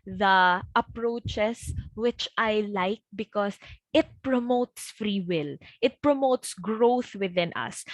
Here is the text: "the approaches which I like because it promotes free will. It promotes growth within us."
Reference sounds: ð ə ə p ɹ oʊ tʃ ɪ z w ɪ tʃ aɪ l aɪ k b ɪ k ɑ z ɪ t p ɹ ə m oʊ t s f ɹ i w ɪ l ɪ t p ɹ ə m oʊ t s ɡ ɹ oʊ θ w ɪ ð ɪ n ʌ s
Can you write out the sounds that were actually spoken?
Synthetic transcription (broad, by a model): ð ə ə p ɹ oʊ tʃ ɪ s w ɪ tʃ aɪ l aɪ k b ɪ k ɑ s ɪ t p ɹ ə m oʊ t s f ɹ i w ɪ l ɪ t p ɹ ə m oʊ t s ɡ ɹ oʊ θ w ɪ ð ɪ n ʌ s